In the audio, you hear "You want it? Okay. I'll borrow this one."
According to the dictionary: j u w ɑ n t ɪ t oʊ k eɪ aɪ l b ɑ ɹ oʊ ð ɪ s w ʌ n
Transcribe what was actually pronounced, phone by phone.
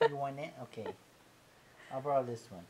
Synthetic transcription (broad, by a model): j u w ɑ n ɪ t oʊ k eɪ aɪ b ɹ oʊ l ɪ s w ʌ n